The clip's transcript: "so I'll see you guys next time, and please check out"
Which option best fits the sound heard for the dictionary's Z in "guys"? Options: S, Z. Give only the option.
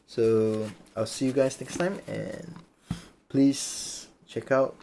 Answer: S